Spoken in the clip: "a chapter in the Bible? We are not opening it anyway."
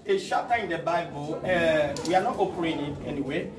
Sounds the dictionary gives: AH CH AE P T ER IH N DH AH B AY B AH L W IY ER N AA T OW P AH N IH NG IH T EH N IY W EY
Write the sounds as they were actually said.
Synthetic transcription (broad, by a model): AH SH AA T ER IH N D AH B AY B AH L W IY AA N AA T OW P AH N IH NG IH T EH N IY W EY